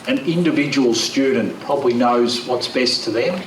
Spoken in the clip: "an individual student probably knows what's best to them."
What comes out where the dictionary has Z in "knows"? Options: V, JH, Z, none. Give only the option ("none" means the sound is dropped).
Z